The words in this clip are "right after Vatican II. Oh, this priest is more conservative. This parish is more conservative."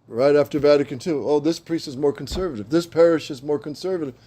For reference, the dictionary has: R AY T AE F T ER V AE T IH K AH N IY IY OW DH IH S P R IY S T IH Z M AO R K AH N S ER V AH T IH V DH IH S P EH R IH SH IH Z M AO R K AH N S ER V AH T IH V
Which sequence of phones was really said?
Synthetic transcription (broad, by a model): R AY T AE F T ER V AE T IH K AH N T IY OW DH IH S P R IY S T IH Z M AO R K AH N S ER V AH T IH V DH IH S P EH R IH SH IH Z M AO R K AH N S ER V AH T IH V